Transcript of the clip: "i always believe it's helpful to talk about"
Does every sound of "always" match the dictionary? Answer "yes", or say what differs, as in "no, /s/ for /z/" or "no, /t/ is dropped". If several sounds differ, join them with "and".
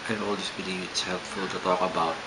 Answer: no, /s/ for /z/